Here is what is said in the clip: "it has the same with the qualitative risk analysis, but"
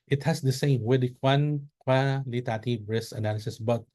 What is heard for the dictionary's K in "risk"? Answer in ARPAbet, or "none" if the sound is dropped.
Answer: none